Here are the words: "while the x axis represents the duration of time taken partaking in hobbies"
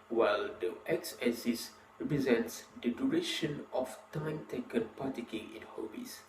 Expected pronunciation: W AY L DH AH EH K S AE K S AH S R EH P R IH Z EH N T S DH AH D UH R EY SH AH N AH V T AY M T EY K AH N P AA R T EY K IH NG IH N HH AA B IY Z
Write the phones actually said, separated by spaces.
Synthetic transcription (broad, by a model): W AY L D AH EH K S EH S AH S R EH P R IH Z EH N T S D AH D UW R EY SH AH N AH F T AY M T EY K AH N P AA T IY K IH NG IH N HH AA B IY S